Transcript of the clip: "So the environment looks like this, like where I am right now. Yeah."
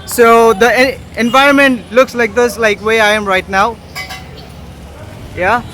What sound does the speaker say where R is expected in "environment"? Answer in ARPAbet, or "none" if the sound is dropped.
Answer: R